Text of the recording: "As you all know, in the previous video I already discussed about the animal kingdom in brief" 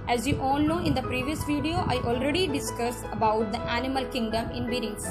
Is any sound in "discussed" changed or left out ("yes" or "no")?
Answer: yes